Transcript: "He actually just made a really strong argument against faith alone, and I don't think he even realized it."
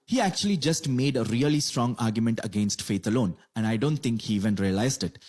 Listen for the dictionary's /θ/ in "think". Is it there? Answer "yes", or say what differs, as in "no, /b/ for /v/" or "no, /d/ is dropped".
no, /t/ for /θ/